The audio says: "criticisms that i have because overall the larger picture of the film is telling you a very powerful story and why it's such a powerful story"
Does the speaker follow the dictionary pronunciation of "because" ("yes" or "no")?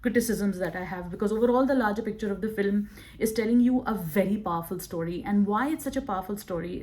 yes